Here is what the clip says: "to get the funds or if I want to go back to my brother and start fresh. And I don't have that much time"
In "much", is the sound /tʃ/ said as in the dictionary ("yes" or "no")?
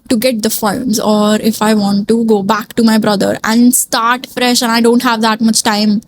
yes